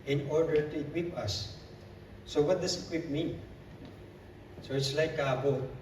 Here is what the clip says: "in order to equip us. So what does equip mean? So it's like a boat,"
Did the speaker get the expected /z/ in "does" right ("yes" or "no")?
no